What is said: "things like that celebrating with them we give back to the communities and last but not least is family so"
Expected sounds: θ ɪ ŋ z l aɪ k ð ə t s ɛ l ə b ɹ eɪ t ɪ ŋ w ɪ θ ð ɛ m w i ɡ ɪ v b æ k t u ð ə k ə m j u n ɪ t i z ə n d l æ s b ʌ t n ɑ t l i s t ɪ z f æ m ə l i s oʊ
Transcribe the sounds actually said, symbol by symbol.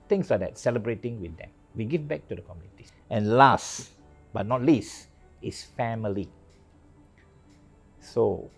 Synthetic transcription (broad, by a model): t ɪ ŋ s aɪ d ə t s ɛ l ə b ɹ eɪ t ɪ ŋ w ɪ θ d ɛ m w i ɡ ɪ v b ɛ k t u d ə k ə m j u n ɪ t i ə n l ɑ s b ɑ t n ɑ t l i s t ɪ s f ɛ m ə l i s oʊ